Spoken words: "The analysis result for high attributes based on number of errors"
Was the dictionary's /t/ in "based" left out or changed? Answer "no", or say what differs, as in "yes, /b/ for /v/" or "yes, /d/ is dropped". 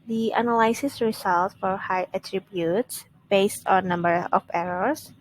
no